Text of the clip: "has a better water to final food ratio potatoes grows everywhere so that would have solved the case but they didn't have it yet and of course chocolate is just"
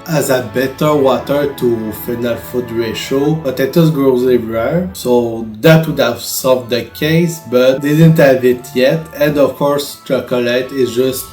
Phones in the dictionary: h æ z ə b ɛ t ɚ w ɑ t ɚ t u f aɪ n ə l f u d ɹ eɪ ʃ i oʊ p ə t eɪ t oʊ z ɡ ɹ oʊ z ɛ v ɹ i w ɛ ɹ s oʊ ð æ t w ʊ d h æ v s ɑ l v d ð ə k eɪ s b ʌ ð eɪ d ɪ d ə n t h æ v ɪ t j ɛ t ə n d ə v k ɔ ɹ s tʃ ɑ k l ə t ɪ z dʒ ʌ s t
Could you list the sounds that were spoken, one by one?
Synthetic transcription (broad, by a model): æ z ə b ɛ t ɚ w ɑ t ɚ t u f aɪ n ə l f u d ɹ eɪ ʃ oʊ b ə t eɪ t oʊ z ɡ ɹ oʊ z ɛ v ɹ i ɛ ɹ s oʊ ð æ t w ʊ d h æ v s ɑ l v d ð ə k eɪ s b ʌ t d ɪ d ə n t h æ v ɪ t j ɛ t ə n d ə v k ɔ ɹ s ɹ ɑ k l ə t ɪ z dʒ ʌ s t